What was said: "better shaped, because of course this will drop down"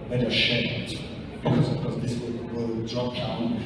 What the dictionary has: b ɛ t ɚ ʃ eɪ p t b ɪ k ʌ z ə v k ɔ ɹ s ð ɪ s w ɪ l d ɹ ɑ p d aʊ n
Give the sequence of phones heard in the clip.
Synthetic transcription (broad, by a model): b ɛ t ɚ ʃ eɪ t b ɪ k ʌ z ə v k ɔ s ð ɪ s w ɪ w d ɹ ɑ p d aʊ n